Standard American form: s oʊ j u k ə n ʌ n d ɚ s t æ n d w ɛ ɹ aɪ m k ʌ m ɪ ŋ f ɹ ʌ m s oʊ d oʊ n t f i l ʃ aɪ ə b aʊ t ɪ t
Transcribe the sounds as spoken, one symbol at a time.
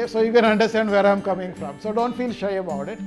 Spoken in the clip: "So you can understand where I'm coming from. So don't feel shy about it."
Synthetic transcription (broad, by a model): s oʊ j u k ə n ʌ n d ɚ s t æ n d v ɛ ɹ aɪ m k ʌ m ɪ ŋ f ɹ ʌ m s oʊ d oʊ n t f i l ʃ aɪ ə b aʊ t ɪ t